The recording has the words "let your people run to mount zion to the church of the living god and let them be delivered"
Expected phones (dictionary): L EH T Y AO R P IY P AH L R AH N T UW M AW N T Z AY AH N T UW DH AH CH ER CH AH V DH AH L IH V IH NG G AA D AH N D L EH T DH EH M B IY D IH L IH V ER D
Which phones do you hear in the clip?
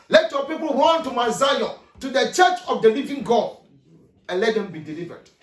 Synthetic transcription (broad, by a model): L EH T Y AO P IY P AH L W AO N T UW M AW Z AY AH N T UW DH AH CH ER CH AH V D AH L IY V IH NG G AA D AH N L EH T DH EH M B IY D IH L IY V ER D